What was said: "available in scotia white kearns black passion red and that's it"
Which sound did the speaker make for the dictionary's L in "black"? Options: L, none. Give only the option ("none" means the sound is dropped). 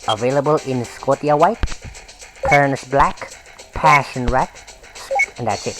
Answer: L